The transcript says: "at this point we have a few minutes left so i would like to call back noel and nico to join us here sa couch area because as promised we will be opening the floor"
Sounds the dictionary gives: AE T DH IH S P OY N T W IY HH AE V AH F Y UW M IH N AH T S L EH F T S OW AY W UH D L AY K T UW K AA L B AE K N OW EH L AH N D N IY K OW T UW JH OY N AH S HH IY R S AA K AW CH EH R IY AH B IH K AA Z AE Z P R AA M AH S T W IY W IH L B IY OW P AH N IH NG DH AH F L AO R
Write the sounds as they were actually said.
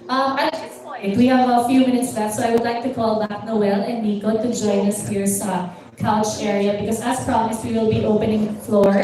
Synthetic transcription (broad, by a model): T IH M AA T W IY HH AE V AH F Y UW M IH N AH T S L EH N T S OW AY W UH D L AY K T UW K AA L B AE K N OW EH L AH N N IY K OW T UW JH OY N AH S HH IY R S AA K AW CH EH R IY AH B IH K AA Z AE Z P R AA M AH S T W IY W IH L B IY OW P AH N IH NG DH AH F L AO R